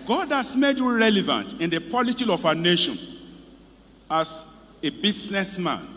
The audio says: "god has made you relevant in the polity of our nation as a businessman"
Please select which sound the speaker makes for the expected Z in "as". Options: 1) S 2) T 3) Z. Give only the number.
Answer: 1